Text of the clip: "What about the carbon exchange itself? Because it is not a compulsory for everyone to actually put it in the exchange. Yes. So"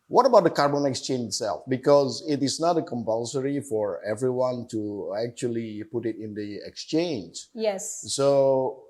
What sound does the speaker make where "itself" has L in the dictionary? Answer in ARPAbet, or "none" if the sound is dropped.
L